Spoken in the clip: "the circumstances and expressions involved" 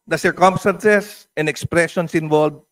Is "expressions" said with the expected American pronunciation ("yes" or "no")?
no